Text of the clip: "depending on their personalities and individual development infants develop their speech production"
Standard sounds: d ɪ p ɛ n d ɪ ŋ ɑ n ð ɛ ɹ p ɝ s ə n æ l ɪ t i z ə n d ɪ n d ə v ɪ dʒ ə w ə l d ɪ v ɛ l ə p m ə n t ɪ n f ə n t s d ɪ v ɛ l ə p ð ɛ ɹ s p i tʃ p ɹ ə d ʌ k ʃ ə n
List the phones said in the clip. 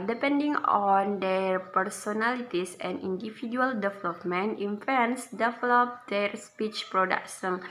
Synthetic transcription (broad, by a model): d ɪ p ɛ n d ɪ ŋ ɑ n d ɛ ɹ p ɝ s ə n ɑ l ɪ t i s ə n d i n d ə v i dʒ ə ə l d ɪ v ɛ l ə p m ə n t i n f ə n s d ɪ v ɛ l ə p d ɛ ɹ s p i tʃ p ɹ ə d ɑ k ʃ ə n